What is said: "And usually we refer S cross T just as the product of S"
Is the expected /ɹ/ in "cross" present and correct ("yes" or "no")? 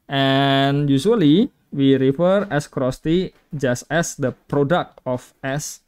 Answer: yes